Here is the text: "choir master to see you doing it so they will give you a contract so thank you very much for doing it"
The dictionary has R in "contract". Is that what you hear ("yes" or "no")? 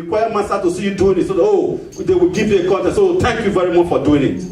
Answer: no